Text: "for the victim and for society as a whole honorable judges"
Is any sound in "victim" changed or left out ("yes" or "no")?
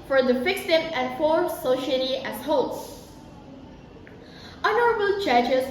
yes